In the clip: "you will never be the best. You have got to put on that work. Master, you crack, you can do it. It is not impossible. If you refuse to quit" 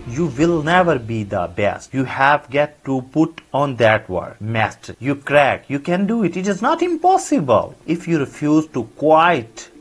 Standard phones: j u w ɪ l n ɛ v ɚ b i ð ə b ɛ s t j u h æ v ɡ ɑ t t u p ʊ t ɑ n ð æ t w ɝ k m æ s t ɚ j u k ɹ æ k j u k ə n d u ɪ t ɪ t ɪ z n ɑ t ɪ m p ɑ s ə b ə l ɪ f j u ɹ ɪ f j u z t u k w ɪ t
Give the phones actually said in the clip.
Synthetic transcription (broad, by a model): j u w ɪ l n ɛ v ɚ b i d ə b ɛ s t j u h æ v ɡ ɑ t t u p ʊ t ɑ n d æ t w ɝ m æ s t ɚ j u k ɹ æ k j u k ə n d u ɪ t ɪ t ɪ z n ɑ t ɪ m p ɑ s ə b ə l ɪ f j u ɹ ɪ f j u z t u k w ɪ t